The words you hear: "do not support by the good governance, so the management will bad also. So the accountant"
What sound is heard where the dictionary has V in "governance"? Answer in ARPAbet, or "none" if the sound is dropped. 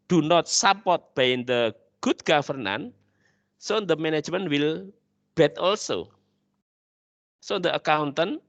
F